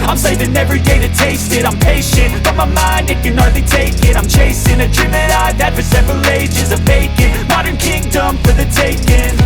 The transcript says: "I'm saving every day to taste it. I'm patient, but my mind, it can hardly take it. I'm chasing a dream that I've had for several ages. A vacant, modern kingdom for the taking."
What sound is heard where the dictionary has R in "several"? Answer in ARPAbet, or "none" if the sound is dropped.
R